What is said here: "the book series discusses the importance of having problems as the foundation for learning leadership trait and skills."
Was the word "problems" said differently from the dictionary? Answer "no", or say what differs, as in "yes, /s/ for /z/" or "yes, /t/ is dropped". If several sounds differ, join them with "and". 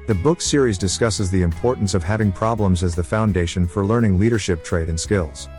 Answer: no